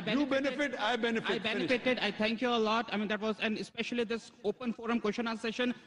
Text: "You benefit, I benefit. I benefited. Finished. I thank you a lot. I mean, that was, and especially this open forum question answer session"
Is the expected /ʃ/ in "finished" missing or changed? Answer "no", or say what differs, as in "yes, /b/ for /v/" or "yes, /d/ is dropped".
yes, /ʃ/ is dropped